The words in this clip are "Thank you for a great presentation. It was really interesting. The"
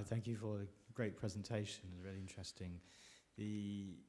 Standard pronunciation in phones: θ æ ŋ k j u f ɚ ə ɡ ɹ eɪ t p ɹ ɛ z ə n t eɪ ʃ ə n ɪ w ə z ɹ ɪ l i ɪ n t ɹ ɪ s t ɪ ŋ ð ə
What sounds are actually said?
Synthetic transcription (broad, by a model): θ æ ŋ k j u f ɚ ə ɡ ɹ eɪ t p ɹ ɛ z ə n t eɪ ʃ ə n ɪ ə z ɹ ɪ l i ɪ n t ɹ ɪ s t ɪ ŋ ð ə